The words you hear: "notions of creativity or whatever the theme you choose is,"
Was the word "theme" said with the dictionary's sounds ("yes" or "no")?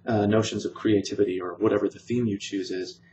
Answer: yes